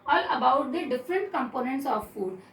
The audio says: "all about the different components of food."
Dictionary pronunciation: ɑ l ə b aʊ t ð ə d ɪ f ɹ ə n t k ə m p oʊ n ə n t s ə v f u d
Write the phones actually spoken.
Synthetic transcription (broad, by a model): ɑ l ə b aʊ t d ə d ɪ f ɹ ə n t k ə m p oʊ n ə n t s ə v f u d